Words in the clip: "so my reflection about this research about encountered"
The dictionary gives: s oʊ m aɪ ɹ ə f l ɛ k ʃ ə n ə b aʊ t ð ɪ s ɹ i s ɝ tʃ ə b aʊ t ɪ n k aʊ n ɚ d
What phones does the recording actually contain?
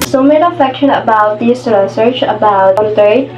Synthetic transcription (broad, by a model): s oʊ m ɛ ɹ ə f ɛ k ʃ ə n ə b aʊ t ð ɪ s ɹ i s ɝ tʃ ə b aʊ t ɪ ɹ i